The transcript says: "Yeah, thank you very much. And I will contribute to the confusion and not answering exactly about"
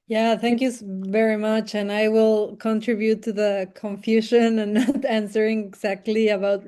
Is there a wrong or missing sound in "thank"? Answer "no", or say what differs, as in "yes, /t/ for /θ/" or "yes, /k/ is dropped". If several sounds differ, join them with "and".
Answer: no